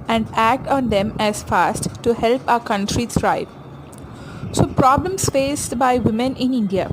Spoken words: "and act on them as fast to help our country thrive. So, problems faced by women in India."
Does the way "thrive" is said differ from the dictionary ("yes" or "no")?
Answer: yes